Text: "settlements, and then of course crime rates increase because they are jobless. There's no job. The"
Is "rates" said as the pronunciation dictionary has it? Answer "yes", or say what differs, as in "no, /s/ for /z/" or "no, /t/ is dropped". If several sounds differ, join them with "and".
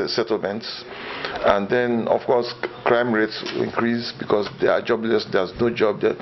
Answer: yes